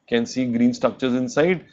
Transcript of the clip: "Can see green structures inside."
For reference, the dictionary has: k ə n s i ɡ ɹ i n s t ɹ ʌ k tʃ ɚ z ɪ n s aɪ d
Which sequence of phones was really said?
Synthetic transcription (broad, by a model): k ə n s i ɡ ɹ i n s t ɹ ʌ k tʃ ɚ z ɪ n s aɪ d